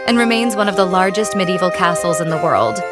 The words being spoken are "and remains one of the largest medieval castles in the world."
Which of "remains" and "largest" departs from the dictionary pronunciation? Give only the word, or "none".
none